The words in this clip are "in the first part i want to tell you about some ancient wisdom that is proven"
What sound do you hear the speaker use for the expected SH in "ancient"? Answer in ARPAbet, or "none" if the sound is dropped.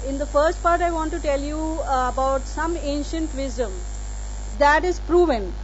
SH